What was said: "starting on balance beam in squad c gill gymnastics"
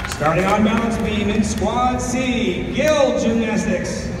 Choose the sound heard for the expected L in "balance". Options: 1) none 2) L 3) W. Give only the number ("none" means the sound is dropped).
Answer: 1